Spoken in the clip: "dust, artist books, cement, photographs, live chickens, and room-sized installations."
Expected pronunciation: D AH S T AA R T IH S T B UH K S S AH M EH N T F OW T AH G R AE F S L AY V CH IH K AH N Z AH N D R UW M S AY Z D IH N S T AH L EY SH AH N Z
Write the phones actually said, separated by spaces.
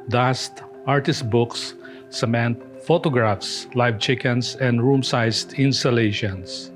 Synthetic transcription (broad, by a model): D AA S T AA R T IH S T B UH K S S AH M EH N T F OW T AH G R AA F S L AY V CH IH K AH N S AH N D R UW M S AY S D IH N S T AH L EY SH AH N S